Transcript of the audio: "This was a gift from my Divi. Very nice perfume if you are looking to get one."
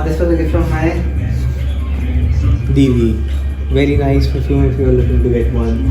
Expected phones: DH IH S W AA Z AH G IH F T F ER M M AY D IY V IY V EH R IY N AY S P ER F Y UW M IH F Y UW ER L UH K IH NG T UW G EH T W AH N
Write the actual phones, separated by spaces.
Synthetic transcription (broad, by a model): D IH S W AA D AH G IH T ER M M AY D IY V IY V EH R IY N AY S F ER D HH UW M IH F Y UW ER L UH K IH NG T UW G EH T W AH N